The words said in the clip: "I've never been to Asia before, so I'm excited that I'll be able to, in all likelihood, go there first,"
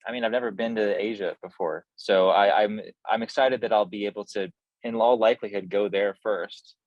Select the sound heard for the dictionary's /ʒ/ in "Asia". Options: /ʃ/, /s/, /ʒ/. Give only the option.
/ʒ/